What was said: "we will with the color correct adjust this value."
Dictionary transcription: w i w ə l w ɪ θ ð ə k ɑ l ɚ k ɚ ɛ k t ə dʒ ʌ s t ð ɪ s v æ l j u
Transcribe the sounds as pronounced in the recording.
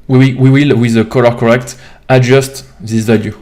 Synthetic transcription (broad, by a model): w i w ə w w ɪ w ð ə k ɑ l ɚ k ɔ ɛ k t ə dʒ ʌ s t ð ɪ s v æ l j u